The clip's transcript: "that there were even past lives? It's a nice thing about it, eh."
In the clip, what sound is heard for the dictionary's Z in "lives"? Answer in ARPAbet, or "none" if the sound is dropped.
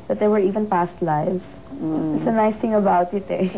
S